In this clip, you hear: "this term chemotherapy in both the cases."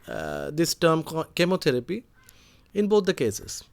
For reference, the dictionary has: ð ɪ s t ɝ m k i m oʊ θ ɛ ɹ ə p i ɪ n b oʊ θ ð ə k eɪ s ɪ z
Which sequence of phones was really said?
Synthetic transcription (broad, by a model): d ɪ s t ɝ m k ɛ m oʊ t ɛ ɹ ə p i ɪ n b oʊ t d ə k eɪ s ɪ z